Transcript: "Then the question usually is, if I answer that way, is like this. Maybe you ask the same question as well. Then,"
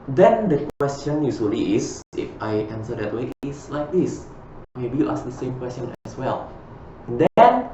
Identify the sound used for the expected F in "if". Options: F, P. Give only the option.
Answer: F